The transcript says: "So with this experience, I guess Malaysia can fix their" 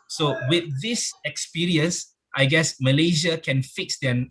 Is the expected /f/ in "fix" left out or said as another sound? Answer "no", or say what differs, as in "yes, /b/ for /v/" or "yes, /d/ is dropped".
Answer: no